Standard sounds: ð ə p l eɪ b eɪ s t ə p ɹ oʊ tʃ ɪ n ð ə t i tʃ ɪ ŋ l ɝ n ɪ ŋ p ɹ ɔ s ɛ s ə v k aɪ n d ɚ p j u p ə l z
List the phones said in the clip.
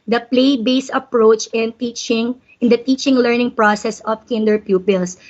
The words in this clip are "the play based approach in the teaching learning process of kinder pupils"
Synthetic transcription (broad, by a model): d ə p l eɪ b eɪ s ə p ɹ oʊ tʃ ɪ n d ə t i tʃ ɪ ŋ l ɝ n ɪ ŋ p ɹ ɔ s ɛ s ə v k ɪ n d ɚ p j u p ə l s